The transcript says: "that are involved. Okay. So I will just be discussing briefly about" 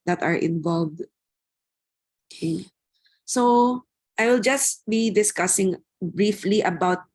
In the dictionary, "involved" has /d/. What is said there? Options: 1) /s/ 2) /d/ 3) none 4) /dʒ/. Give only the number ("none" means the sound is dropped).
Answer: 2